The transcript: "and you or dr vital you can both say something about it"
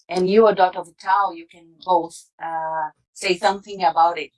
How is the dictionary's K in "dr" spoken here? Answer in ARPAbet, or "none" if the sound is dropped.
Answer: none